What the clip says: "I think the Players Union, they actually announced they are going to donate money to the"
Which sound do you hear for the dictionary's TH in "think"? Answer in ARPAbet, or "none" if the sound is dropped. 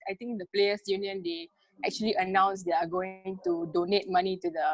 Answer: T